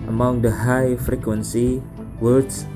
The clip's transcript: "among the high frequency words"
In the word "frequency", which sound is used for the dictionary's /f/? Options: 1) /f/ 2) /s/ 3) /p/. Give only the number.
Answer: 1